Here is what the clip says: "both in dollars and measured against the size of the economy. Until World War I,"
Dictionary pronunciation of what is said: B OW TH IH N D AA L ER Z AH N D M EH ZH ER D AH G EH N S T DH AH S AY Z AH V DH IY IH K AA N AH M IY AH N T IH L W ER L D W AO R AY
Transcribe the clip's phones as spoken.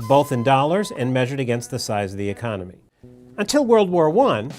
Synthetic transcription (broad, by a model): B OW TH IH N D AA L ER Z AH N M EH ZH ER D AH G EH N S T DH AH S AY Z AH V DH IY IH K AA N AH M IY AH N T IH L W ER L D W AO R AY